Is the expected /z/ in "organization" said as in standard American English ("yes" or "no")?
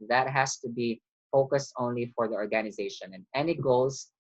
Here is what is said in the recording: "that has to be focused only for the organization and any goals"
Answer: yes